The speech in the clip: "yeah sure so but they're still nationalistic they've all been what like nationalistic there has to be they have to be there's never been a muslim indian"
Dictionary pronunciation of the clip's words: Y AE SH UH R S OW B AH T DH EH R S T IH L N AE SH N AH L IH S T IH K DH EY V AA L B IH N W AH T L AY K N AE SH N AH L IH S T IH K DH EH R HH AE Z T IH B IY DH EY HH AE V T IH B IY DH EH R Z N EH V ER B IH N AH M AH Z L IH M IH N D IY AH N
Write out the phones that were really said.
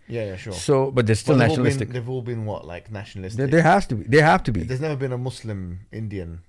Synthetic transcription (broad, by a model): Y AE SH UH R S OW B AH T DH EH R S T IH L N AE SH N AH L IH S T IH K DH EY V AA L B IH N W AH T L AY K N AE SH N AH L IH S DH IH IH HH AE S T IH B IY DH EY HH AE F T IH B IY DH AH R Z N EH V ER B IH N AH M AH S L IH M IH N D IY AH N